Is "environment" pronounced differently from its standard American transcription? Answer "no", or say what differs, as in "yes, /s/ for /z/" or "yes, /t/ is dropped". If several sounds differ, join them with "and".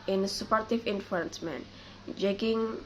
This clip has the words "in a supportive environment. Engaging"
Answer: yes, /f/ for /v/